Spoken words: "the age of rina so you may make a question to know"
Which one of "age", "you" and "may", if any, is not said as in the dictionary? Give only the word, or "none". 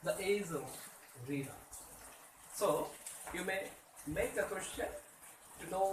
age